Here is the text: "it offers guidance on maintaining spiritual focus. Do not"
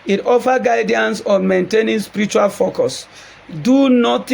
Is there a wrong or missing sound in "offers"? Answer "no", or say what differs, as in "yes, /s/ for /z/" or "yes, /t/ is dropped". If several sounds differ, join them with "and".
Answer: yes, /z/ is dropped